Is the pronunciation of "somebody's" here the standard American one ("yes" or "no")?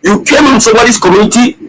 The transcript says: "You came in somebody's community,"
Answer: no